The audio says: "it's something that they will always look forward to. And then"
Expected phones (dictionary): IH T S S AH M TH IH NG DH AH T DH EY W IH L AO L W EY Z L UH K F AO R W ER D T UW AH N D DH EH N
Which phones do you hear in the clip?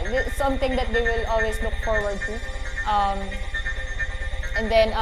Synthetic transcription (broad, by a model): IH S S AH M T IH NG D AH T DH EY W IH L AO L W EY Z L UH K F AO R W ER D T UW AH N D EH N